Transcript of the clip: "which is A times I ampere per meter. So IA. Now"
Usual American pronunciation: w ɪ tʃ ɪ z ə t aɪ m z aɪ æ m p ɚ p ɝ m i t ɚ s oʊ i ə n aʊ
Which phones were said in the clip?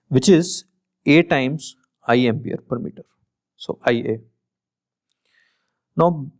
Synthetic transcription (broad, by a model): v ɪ tʃ ɪ z ə t aɪ m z aɪ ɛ m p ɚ p ɝ m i t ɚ s oʊ i ə n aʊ